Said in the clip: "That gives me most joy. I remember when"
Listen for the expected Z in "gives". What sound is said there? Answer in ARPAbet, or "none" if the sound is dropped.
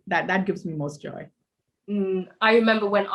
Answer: Z